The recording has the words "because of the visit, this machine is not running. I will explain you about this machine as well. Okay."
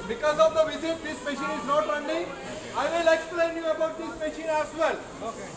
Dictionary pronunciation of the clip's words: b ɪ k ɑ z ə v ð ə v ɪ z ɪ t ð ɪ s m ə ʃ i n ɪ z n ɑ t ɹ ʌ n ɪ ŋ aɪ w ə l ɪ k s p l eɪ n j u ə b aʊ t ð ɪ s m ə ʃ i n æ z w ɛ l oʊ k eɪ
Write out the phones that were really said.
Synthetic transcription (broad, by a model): b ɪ k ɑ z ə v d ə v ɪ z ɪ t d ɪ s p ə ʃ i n ɪ z n ɑ t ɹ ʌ l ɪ aɪ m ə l ɪ k s p l eɪ n j u ə b aʊ t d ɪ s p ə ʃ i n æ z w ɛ l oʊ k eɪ